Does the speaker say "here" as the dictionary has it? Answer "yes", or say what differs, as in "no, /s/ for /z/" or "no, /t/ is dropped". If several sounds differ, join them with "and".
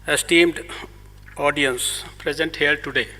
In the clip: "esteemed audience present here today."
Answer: no, /l/ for /ɹ/